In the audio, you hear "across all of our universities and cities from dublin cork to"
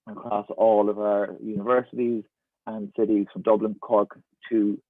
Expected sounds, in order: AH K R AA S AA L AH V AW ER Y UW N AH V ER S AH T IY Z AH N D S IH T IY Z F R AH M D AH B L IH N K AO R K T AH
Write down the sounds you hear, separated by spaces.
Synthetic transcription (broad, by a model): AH K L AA S AA L AH V AW ER Y UW N AH V ER S AH T IY Z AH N S IH T IY Z F R AH M D AH B L IH N K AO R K T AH